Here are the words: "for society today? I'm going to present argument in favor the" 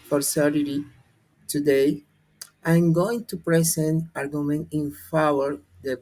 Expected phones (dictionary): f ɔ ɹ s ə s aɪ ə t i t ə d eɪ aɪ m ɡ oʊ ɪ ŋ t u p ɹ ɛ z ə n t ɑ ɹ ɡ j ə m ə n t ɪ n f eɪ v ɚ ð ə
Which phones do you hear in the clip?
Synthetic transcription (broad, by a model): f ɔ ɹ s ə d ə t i t ə d eɪ aɪ m ɡ oʊ ɪ ŋ t u p ɹ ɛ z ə n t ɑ ɹ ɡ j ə m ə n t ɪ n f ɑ w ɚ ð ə